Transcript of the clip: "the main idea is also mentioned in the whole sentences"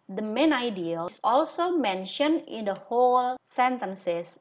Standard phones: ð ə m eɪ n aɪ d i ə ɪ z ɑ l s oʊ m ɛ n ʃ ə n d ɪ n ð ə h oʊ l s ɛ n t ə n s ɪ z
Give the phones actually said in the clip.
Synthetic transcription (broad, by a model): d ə m eɪ n aɪ d i ə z ɑ l s oʊ m ɛ n ʃ ə n d ɪ n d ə h oʊ l s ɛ n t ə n s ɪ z